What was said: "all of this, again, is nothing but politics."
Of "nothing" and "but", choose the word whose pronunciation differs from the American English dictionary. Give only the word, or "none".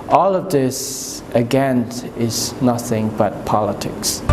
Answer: none